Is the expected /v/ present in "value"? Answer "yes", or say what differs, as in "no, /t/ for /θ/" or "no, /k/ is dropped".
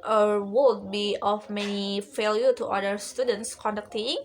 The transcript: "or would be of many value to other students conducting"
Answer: no, /f/ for /v/